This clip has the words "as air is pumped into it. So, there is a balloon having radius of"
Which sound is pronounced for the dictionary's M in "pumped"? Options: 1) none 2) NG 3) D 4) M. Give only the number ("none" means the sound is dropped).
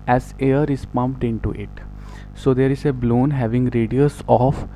4